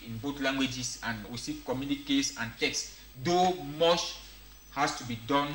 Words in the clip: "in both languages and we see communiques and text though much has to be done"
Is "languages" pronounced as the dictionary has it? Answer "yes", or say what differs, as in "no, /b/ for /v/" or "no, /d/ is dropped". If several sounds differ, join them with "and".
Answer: no, /s/ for /z/